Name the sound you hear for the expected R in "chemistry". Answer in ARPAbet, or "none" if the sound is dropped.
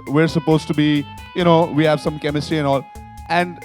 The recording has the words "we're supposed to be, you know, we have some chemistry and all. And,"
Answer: R